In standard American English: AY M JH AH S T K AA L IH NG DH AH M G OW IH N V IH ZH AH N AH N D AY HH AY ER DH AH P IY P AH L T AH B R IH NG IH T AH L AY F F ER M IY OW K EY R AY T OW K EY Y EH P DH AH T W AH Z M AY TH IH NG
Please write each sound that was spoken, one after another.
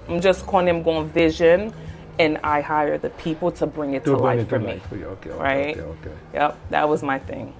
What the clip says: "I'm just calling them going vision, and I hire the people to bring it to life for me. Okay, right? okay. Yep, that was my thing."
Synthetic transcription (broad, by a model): AY M JH AH S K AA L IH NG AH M G OW IH N V IH ZH AH N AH N AY HH AY ER DH AH P IY P L T AH B R IH NG IH T AH L AY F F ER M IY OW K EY R AY T OW K EY Y EH P DH AH T W AH Z M AY TH IH NG